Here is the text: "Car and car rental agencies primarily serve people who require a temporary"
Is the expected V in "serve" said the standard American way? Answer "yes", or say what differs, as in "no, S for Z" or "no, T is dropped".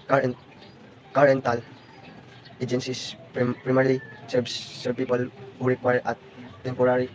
no, B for V